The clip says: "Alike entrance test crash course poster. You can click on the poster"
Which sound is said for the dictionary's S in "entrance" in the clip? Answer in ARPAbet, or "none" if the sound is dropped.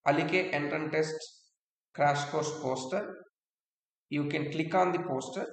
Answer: none